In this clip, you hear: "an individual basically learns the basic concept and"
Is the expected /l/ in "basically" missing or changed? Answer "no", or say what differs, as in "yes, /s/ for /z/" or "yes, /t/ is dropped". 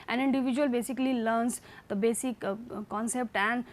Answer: no